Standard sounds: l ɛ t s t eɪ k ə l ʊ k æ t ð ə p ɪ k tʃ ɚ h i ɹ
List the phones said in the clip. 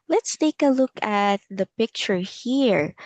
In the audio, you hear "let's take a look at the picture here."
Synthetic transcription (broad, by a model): l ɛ t s t eɪ k ə l ʊ k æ t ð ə p ɪ k tʃ ɚ h i ɹ